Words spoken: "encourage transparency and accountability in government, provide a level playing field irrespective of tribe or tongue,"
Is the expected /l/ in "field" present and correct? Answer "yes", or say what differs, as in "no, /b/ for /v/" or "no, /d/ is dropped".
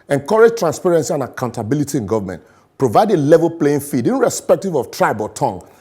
no, /l/ is dropped